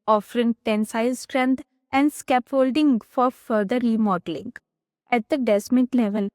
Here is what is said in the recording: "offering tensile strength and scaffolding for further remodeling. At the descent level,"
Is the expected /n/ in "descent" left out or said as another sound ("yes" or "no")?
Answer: yes